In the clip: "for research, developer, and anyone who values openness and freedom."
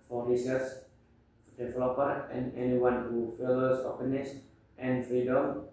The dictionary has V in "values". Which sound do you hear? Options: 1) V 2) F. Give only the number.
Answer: 2